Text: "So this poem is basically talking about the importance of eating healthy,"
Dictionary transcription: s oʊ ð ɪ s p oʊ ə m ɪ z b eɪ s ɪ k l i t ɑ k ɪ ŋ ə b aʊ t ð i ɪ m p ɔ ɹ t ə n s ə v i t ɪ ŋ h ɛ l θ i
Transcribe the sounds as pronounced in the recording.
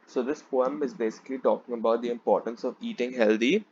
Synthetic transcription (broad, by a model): s oʊ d ɪ s p oʊ ə m ɪ z b eɪ s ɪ k l i t ɑ k ɪ ŋ ə b aʊ t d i ɪ m p ɔ ɹ t ə n s ə v i t ɪ ŋ h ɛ l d i